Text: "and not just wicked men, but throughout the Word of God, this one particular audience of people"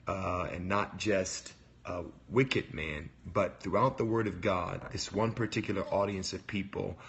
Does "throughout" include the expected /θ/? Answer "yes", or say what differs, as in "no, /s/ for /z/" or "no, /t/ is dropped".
yes